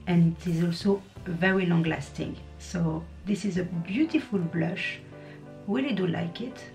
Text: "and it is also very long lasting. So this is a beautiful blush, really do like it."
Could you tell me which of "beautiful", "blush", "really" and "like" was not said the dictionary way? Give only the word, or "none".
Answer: really